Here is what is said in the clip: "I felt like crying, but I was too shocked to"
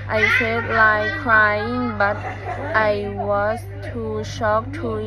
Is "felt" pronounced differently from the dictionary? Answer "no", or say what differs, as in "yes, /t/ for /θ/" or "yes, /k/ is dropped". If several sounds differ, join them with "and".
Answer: yes, /l/ is dropped